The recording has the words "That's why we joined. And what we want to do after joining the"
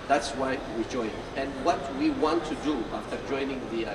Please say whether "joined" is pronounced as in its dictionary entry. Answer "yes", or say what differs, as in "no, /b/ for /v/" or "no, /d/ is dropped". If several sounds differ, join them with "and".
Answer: no, /d/ is dropped